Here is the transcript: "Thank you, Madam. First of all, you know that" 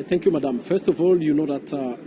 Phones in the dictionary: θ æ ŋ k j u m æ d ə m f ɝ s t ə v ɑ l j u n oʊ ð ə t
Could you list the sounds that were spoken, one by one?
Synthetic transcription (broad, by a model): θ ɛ ŋ k j u m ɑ d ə m f ɝ s t ə v ɑ l j u n oʊ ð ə t